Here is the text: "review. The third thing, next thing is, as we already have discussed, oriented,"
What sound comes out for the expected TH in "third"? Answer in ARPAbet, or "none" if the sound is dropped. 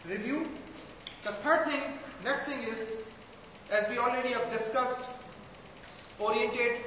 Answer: T